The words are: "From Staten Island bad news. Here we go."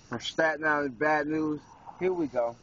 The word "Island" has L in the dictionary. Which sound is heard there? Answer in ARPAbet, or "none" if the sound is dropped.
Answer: none